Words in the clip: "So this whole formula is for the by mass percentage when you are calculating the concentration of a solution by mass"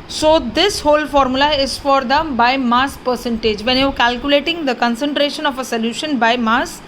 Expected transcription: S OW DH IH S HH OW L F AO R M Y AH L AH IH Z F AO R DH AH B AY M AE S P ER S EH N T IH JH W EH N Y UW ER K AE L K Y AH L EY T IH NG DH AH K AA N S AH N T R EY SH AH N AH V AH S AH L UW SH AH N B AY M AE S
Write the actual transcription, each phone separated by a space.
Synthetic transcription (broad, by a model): S OW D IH S HH OW L F AO R M Y AH L AH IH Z F AO R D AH B AY M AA S P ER S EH N T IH JH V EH N Y UW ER K AE L K Y AH L EY T IH NG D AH K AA N S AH N T R EY SH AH N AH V AH S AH L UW SH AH N B AY M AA S